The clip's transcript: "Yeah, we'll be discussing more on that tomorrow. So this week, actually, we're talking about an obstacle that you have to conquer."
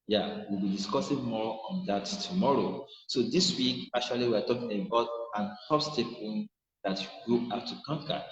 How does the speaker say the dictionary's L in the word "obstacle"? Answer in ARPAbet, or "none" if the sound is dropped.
N